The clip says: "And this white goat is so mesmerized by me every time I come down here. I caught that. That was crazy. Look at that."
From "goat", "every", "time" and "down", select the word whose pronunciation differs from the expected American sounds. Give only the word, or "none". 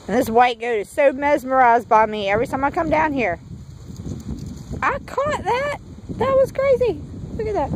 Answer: time